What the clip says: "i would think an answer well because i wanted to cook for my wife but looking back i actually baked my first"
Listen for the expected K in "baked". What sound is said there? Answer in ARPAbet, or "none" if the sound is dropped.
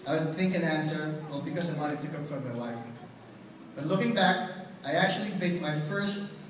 none